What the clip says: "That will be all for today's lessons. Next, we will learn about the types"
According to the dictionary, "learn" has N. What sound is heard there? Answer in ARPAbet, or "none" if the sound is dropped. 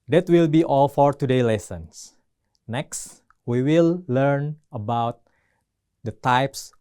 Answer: N